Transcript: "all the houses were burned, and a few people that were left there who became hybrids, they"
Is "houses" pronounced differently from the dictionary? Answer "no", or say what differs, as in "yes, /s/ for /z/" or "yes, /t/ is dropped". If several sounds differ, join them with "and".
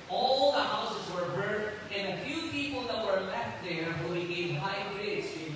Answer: no